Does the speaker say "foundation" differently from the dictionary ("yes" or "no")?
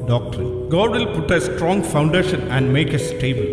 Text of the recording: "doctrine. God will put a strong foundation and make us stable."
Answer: no